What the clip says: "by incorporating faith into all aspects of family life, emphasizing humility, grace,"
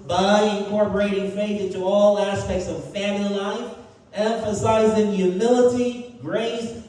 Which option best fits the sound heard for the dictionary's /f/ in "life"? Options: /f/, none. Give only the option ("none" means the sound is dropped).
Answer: /f/